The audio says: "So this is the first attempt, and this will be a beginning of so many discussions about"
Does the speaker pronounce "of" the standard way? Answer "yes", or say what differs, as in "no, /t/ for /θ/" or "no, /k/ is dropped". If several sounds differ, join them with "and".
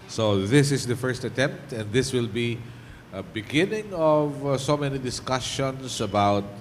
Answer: yes